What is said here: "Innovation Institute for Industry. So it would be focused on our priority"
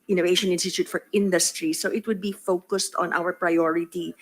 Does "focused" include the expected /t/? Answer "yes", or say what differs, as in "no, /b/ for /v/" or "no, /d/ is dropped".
yes